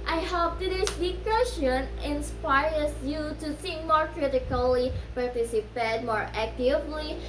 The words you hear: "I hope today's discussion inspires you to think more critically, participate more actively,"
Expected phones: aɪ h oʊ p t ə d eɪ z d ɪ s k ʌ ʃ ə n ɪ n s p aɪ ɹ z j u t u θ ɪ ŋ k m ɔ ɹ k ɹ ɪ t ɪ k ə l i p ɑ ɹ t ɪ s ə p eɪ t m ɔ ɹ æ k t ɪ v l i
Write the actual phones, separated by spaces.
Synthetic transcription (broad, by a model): aɪ h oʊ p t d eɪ s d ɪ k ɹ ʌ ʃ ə n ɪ n s p aɪ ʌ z j u t u s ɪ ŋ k m ɔ ɹ k ɹ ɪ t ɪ k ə l i p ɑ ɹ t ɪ s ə p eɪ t m ɔ ɹ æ k t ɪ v l i